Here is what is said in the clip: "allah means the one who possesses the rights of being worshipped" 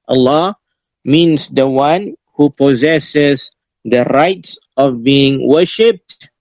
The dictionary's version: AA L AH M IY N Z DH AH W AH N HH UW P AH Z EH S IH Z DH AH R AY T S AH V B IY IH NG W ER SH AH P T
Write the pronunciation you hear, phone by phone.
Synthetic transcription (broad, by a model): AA L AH M IY N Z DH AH W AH N HH UW P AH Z EH S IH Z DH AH R AY T S AH V B IY IH NG W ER SH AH P T